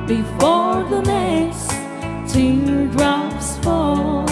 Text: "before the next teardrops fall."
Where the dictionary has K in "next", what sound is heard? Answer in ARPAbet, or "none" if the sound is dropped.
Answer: none